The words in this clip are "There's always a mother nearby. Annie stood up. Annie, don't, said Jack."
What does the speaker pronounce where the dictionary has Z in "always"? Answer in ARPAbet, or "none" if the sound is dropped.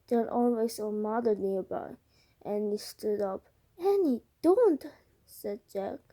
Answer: S